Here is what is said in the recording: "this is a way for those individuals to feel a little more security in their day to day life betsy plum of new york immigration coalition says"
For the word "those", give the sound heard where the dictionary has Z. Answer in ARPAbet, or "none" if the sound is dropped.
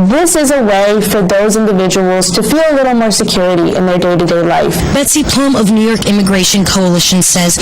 Z